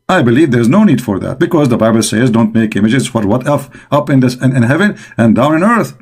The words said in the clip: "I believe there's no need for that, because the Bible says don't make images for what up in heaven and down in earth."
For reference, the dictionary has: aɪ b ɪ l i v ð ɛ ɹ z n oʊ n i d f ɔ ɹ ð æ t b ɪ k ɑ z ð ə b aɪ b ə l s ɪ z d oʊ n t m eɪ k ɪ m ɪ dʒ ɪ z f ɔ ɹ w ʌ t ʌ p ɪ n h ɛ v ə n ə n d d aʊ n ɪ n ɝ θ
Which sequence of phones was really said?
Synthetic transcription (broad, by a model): aɪ b ɪ l i v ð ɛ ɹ z n oʊ n i d f ɔ ɹ ð æ t b ɪ k ɑ z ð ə b aɪ b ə l s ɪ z d oʊ n t m eɪ k ɪ m ɪ dʒ ɪ z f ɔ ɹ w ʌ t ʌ p ɪ n h ɛ v ə n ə n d d aʊ n ɪ n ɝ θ